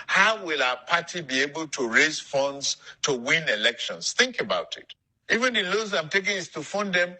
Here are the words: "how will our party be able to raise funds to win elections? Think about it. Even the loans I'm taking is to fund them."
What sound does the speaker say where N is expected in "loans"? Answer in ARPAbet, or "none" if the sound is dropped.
none